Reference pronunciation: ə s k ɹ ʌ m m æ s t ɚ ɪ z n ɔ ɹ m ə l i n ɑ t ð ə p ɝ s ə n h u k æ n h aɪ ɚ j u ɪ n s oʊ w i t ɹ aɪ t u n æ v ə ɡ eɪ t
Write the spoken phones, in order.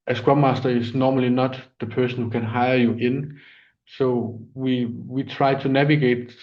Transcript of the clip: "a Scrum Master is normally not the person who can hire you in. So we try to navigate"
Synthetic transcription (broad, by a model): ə s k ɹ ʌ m m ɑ s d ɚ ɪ s n ɔ m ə l i n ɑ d ð ə p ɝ s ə n h u k æ n h aɪ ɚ j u ɪ n s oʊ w i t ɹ aɪ s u n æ v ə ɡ eɪ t